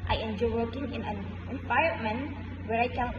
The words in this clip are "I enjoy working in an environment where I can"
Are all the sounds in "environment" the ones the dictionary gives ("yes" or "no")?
no